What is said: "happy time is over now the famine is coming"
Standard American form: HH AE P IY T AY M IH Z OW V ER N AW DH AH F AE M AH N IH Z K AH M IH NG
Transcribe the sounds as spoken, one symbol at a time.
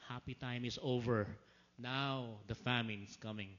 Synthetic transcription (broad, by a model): HH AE P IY T AY M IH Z OW V ER N AW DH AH F AE M AH N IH S K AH M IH NG